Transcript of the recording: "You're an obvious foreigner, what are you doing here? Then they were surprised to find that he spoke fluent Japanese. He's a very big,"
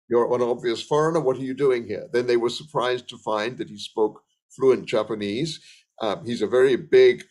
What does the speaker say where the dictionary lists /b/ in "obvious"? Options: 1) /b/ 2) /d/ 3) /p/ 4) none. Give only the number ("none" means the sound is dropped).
1